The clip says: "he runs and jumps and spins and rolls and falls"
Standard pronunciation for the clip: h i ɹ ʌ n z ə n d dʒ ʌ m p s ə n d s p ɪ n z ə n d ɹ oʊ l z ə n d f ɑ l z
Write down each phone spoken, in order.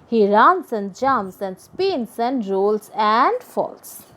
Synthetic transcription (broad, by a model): h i ɹ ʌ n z ə n d dʒ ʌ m s ə n d s p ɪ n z ə n d ɹ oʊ l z ə n d f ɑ l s